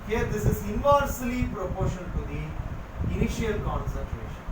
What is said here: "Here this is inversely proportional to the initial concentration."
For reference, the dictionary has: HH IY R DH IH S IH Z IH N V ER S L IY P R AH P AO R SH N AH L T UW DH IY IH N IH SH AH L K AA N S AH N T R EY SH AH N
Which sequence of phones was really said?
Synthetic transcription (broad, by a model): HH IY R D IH S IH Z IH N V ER S L IY P R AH P AO R SH AH N T UW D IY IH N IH SH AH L K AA N S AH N T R EY SH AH N